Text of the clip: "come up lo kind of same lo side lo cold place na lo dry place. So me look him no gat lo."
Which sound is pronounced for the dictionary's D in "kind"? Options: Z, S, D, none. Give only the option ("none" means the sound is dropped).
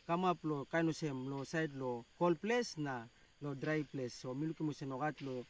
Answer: none